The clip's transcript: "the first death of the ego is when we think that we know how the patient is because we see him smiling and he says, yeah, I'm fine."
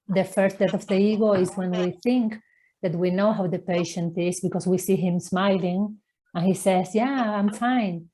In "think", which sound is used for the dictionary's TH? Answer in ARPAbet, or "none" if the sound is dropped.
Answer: TH